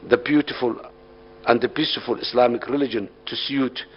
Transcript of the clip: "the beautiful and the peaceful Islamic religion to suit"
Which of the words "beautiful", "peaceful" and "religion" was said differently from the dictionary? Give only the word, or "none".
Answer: peaceful